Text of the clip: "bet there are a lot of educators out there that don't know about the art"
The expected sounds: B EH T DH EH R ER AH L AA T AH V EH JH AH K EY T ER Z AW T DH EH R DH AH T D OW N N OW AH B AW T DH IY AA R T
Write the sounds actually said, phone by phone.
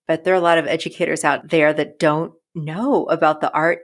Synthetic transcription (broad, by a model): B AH T DH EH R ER AH L AA T AH V EH JH AH K EY T ER Z AW T DH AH R DH AH T D OW N N OW AH B AW T DH IY AA R T